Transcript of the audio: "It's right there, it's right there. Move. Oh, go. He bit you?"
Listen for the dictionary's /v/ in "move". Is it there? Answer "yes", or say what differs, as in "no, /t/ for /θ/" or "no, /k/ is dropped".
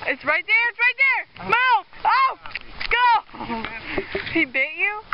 no, /v/ is dropped